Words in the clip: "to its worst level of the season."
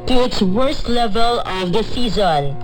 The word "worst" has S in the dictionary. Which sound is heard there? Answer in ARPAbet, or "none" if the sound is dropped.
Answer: S